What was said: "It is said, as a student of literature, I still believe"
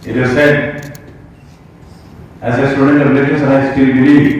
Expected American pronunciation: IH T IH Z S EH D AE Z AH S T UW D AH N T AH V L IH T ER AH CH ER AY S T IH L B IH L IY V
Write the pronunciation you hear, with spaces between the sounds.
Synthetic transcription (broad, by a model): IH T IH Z S EH D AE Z AH S T UW D AH N T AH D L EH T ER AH S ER AY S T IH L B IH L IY